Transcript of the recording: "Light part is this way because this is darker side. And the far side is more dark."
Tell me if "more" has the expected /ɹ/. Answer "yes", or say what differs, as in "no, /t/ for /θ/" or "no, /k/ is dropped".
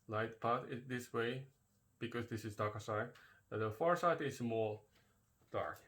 no, /l/ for /ɹ/